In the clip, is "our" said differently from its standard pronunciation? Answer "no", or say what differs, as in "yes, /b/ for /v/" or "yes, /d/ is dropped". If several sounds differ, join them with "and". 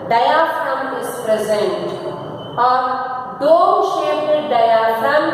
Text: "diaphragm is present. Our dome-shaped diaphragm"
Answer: no